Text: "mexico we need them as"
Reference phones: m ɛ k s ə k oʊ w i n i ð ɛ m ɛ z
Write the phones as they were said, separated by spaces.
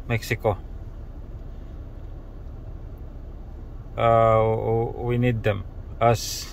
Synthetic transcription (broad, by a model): m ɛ k s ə k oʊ w i n i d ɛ m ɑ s